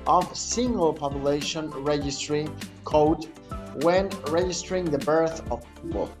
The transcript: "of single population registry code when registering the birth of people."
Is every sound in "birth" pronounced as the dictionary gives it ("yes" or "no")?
yes